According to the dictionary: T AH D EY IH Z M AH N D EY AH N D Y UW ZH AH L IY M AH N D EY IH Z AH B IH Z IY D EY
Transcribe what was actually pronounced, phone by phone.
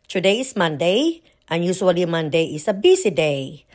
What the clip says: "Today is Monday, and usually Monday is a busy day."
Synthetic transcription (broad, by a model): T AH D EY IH S M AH N D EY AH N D Y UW S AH L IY M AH N D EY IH S AH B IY S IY D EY